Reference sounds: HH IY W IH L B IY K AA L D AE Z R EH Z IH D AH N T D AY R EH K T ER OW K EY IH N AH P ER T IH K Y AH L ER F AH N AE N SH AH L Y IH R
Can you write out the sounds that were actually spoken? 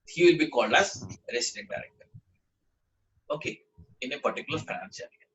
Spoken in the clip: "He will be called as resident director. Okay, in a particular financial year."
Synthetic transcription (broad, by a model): HH IY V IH L B IY K AA L D AE Z R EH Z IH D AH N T D AY R EH K T ER OW K EY IH N AH P ER T IH K Y AH L ER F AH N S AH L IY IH